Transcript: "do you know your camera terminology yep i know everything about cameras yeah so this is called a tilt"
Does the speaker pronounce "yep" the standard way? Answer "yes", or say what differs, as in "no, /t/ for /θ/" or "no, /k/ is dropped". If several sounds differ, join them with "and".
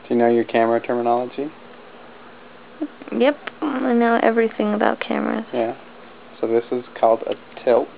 yes